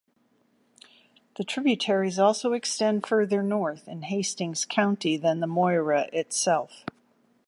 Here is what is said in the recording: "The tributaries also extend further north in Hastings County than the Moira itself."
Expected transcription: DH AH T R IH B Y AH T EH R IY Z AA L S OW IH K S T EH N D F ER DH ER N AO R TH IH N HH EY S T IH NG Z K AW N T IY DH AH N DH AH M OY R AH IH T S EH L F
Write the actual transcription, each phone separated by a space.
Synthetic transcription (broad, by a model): DH AH T R IH B Y AH T EH R IY Z AA L S OW IH K S T EH N D F ER DH ER N AO R TH IH N HH EY S T IH NG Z K AW N T IY DH AH N DH AH M OY R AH IH T S EH L F